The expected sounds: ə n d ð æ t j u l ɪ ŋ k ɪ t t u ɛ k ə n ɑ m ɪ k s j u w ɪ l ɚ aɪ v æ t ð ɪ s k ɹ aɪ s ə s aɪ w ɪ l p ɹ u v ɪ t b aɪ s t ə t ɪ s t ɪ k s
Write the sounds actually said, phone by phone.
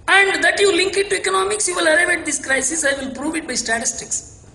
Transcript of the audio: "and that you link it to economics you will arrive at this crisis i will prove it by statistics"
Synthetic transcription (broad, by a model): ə n d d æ t j u l ɪ ŋ k ɪ t t u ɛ k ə n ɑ m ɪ k s j u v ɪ l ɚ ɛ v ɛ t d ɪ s k ɹ aɪ s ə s aɪ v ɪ l p ɹ u v ɪ t b aɪ s t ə t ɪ s t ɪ k s